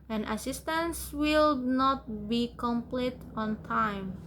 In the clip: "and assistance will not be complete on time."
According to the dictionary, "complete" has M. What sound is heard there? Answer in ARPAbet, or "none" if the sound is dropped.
M